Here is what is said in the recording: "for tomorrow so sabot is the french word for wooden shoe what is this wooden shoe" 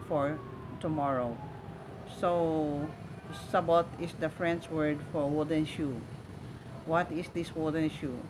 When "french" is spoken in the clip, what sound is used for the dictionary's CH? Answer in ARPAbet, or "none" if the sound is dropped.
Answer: S